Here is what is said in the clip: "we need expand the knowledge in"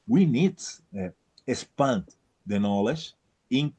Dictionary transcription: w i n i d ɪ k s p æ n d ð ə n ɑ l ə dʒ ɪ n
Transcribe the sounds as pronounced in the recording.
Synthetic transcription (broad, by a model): w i n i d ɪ s p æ n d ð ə n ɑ l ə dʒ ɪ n